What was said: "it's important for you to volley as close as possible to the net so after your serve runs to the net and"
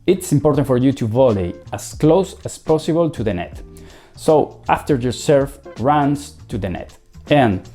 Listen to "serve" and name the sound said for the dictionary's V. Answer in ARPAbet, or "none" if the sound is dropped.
F